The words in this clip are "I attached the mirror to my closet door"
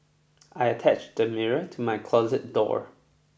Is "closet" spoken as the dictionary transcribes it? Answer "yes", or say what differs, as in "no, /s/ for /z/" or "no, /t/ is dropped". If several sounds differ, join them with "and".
yes